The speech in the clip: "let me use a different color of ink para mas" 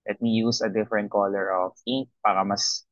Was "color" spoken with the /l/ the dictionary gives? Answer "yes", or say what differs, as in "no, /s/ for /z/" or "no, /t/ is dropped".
yes